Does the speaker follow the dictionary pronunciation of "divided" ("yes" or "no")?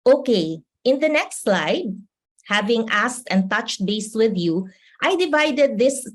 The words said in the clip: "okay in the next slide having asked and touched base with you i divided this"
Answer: yes